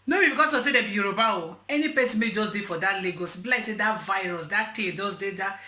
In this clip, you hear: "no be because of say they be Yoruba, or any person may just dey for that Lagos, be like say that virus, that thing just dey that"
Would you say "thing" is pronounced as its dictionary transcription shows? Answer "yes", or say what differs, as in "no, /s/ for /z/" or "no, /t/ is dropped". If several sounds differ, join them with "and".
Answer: no, /t/ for /θ/